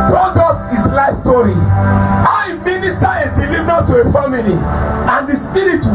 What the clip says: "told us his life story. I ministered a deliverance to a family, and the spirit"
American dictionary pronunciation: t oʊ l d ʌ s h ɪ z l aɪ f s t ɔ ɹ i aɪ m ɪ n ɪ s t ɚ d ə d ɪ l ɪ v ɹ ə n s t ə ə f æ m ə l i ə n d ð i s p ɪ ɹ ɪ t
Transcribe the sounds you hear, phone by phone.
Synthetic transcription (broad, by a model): t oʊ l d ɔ s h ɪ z l aɪ f s t ɔ ɹ i aɪ m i n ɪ s t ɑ ə d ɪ l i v ɹ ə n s t ə ə f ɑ m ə l i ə n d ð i s p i ɹ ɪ t